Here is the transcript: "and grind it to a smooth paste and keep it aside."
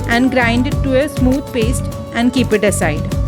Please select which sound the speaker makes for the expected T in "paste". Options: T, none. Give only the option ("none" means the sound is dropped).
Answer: T